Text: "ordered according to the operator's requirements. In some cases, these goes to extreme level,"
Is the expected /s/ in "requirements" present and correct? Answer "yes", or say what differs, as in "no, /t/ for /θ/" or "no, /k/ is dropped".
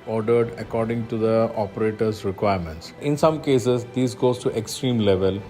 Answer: yes